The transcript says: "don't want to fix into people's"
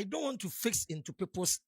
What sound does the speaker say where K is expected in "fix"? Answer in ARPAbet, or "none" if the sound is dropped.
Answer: K